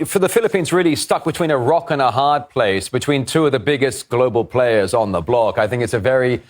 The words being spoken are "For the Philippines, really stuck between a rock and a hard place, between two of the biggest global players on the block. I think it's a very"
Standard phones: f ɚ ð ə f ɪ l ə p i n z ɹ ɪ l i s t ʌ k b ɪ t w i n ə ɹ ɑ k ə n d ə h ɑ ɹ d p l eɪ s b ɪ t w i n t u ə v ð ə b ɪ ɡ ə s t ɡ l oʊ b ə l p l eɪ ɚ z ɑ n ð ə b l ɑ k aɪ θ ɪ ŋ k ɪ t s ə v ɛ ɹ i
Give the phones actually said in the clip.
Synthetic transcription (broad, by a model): f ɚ ð ə f ɪ l ə p i n z ɹ ɪ l i s t ʌ k b ɪ t w i n ə ɹ ɑ k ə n ə h ɑ ɹ d p l eɪ s b ɪ t w i n t u ə v ð ə b ɪ ɡ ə s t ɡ l oʊ b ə l p l eɪ ɚ z n ð ə b l ɑ k aɪ θ ɪ ŋ k ɪ t s ə v ɛ ɹ i